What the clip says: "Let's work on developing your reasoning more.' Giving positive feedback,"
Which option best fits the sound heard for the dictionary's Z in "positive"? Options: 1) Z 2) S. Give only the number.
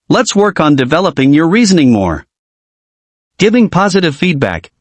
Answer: 1